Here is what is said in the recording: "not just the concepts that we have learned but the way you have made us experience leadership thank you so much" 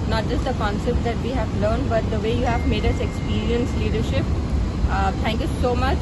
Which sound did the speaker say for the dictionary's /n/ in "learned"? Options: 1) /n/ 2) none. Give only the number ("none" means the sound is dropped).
1